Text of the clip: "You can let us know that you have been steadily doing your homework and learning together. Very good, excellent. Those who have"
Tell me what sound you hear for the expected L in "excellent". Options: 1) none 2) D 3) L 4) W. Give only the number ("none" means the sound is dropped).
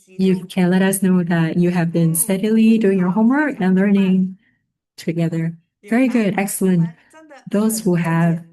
3